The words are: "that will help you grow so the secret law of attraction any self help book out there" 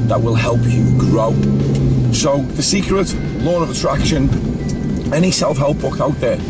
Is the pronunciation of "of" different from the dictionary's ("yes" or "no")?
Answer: no